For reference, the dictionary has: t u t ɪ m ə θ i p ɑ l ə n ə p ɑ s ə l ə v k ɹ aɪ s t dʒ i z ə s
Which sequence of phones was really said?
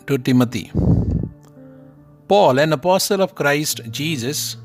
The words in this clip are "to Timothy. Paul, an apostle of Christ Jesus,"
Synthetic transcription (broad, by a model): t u t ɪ m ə t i p ɑ l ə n ə p ɑ s ə l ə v k ɹ aɪ s t dʒ i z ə s